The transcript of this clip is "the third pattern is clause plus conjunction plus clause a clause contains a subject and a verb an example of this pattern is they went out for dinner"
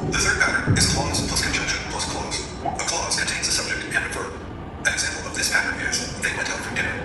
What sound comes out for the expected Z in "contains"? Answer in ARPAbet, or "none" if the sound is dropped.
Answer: Z